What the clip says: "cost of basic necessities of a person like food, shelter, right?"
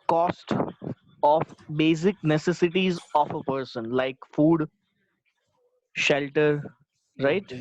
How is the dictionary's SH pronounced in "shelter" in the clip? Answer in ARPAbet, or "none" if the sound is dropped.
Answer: SH